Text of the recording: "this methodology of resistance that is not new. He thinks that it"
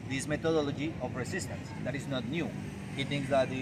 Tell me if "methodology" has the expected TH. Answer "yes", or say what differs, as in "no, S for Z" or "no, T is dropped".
no, T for TH